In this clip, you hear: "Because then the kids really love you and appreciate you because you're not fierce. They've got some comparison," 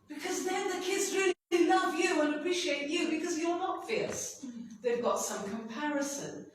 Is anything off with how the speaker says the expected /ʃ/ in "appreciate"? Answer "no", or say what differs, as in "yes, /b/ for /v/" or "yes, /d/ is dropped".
no